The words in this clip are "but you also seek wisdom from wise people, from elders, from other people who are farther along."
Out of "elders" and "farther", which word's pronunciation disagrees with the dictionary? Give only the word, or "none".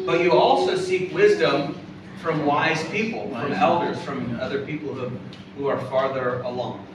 none